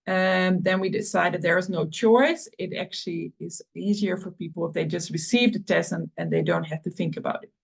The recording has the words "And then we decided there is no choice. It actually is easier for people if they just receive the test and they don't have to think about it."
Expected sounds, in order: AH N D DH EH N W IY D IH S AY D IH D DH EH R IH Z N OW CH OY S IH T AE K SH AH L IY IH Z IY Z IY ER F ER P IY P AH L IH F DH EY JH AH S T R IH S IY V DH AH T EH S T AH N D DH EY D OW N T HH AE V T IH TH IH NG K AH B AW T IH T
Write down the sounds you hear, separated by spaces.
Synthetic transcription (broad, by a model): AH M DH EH N W IY D IH S AY D IH D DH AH R IH Z N OW CH OY S IH T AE K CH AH L IY IH Z IY Z IY ER F ER P IY P L IH F DH EY JH AH S T R IH S IY V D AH T EH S AH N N DH EY D OW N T HH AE F T IH TH IH NG K AH B AW T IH T